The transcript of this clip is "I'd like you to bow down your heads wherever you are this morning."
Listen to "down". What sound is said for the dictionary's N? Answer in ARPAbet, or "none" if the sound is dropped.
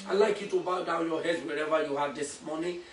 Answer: L